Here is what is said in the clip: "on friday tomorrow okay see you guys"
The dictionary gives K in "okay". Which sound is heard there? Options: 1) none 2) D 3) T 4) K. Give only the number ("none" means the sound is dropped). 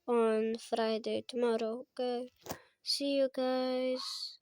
1